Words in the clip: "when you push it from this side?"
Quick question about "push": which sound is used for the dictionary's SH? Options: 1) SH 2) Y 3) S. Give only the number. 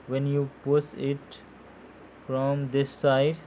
3